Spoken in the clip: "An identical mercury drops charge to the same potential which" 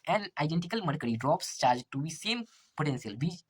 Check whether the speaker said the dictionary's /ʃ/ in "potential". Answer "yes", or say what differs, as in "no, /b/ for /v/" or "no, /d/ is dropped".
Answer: no, /s/ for /ʃ/